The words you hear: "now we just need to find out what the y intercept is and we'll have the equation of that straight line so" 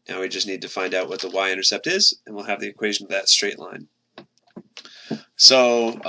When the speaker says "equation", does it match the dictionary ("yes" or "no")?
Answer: yes